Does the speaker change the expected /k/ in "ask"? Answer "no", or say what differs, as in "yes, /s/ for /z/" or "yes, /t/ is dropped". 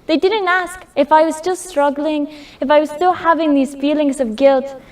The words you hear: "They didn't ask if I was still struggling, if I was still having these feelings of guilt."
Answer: no